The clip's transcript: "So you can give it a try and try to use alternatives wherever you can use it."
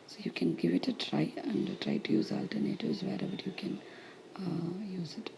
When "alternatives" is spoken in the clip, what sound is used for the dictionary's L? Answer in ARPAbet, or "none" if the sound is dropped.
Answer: L